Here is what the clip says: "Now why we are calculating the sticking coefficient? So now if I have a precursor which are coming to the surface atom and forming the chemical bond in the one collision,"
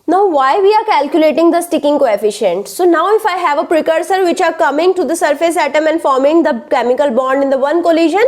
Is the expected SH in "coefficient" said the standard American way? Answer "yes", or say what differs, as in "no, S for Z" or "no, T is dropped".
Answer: yes